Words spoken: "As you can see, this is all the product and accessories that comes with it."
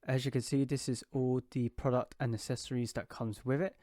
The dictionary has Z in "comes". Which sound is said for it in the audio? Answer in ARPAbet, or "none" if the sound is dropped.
Z